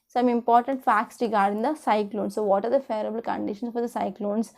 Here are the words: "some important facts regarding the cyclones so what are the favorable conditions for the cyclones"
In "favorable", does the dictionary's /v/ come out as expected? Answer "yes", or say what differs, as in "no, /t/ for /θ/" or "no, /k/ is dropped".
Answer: no, /v/ is dropped